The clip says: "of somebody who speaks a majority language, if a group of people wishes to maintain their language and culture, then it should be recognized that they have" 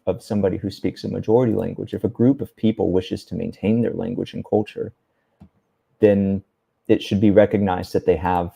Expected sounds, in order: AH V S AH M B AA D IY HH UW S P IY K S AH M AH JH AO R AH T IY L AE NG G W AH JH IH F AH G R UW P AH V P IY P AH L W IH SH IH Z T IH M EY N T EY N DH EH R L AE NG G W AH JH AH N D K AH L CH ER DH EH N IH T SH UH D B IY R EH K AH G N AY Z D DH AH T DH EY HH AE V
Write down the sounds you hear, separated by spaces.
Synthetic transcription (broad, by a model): AH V S AH M B AA D IY HH UW S P IY K S AH M AH JH AO R AH T IY L AE NG G W AH JH IH F AH G R UW P AH V P IY P L W IH SH IH Z T IH M EY N T EY N DH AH R L AE NG G W AH JH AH N K AH L CH ER DH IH N IH T SH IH D B IY R EH K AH G N AY Z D DH AH T DH EY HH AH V